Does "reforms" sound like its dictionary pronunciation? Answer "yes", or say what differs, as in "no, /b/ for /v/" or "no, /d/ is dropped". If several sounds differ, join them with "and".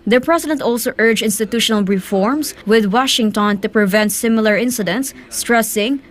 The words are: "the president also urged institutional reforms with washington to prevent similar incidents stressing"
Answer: no, /s/ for /z/